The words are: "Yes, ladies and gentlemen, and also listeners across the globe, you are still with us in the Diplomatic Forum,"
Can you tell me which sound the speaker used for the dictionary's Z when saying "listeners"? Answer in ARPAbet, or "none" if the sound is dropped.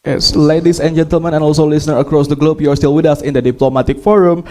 none